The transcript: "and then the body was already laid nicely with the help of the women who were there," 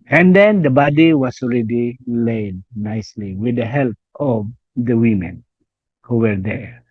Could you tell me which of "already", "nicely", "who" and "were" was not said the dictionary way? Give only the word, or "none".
none